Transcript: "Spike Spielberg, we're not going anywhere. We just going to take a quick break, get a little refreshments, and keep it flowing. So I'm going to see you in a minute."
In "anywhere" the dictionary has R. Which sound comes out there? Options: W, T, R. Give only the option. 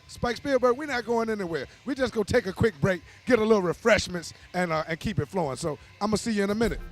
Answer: R